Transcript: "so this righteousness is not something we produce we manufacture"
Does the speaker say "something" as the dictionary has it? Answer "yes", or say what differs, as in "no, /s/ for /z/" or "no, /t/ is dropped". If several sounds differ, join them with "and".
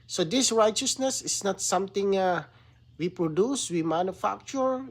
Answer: no, /t/ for /θ/